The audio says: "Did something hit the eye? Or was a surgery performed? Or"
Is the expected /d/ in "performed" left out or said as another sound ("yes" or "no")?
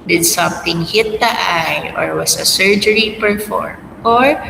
yes